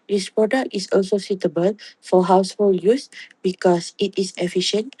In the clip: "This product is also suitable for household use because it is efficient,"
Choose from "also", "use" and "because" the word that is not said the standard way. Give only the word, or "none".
because